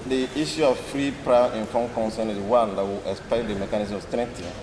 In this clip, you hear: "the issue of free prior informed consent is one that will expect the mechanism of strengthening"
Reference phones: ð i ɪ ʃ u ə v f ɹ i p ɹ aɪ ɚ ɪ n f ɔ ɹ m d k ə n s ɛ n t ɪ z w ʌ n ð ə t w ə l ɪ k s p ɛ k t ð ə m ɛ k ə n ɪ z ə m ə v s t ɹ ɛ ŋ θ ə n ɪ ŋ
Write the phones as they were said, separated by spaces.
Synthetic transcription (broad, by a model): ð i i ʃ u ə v f ɹ i p ɹ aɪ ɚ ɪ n f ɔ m k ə n s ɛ n ɪ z w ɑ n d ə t w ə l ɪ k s p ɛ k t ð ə m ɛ k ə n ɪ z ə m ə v s t ɹ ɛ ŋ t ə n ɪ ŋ